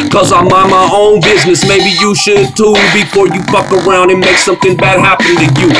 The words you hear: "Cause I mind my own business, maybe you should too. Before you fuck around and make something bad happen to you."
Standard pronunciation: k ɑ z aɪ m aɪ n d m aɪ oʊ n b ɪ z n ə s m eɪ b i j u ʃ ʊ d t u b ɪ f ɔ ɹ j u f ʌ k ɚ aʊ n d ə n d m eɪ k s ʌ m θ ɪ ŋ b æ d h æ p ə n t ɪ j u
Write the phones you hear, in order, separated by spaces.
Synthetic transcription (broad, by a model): k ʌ z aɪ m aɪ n m aɪ oʊ n b ɪ z n ə s m eɪ b i j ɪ ʃ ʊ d t u b ɪ f ɔ ɹ j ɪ p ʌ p ɚ aʊ n d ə n m eɪ k s ʌ m θ ɪ ŋ b æ d h æ p ə n t ɪ j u